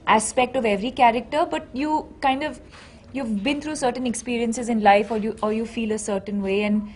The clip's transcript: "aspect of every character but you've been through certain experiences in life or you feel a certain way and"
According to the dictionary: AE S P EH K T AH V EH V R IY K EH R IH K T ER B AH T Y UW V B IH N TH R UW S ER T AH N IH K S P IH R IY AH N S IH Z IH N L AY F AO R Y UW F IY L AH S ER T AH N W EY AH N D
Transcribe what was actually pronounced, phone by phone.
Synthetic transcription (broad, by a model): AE S P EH K T AH V EH V R IY K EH R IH K T ER B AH T Y UW V B IH N T R UW S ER T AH N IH K S P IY R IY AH N S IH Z IH N L AY F AO R Y UW F IY L AH S ER T AH N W EY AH N D